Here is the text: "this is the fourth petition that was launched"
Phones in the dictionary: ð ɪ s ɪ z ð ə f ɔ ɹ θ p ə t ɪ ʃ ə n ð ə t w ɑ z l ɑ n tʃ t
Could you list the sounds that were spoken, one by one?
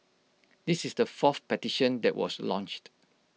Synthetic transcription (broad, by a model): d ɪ s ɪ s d ə f ɔ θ p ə t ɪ ʃ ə n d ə t w ɑ s l ɑ n tʃ t